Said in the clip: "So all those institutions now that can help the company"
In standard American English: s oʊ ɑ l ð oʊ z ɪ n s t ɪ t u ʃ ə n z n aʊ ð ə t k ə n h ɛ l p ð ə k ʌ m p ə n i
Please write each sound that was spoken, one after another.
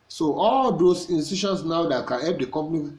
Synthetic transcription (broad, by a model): s oʊ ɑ l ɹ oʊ s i n s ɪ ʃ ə n s n aʊ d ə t k ə n h ɛ l p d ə k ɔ m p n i